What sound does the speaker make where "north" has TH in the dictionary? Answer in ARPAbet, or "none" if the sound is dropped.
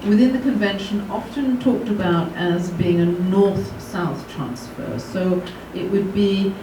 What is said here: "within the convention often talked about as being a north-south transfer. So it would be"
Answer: TH